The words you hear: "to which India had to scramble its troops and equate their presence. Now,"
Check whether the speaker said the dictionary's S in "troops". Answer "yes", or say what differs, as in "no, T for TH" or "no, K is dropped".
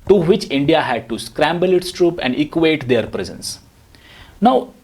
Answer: no, S is dropped